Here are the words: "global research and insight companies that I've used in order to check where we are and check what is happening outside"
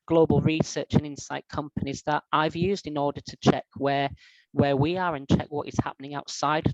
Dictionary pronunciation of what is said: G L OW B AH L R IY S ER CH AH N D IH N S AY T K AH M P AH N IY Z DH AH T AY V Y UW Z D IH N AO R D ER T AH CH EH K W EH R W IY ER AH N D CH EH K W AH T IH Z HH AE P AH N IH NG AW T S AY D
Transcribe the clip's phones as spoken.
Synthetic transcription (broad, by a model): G L OW B AH L R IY S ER CH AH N IH N S AY T K AH M P AH N IY Z DH AH T AY V Y UW Z D IH N AO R D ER T AH CH EH K W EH W W IY ER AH N CH EH K W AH T IH Z HH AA P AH N IH NG AW T S AY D